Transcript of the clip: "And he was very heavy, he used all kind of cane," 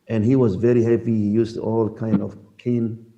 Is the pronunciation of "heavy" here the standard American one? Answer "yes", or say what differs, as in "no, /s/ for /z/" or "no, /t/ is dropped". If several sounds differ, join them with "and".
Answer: no, /p/ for /v/